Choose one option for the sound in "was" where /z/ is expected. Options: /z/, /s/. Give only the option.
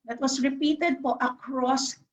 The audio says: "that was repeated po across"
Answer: /s/